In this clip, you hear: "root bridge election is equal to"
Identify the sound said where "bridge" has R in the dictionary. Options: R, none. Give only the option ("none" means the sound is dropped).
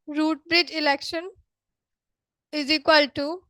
R